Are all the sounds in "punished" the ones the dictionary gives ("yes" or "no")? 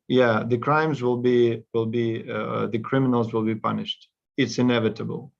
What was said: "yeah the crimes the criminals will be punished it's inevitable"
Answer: yes